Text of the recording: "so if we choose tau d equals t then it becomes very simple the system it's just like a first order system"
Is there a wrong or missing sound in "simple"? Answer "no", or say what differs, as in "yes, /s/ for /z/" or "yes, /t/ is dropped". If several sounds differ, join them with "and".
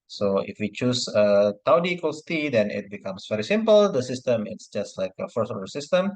no